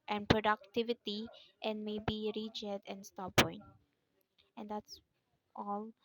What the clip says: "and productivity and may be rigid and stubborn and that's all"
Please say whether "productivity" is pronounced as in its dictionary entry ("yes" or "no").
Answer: yes